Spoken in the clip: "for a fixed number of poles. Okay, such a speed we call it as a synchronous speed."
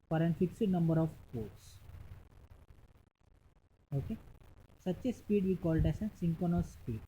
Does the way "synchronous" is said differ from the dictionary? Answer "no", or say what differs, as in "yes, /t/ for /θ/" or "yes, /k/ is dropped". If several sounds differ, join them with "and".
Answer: yes, /ɹ/ is dropped